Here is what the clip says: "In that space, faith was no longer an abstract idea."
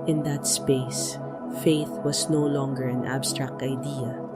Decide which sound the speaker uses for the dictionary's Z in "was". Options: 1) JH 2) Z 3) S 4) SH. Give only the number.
3